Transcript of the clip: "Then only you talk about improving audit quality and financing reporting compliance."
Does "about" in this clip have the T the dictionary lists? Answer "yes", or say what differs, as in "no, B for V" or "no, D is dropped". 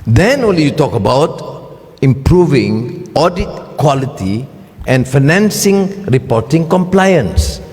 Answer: yes